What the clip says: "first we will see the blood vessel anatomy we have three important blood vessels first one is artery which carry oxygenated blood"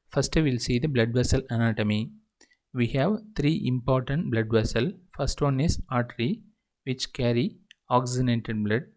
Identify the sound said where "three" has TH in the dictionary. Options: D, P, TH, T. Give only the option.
T